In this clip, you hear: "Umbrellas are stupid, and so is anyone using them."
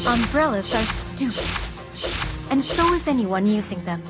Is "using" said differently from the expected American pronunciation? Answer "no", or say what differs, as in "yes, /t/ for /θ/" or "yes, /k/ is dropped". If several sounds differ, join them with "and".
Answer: no